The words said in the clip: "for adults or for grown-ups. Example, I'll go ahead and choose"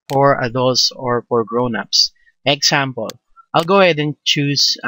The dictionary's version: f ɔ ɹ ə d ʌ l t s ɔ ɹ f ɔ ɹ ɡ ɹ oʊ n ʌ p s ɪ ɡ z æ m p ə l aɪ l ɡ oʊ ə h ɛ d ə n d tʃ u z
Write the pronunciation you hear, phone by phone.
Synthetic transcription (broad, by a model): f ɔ ɹ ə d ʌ l t s ɔ ɹ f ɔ ɹ ɡ ɹ oʊ n ʌ p s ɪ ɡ s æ m p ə l aɪ l ɡ oʊ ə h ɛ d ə n tʃ u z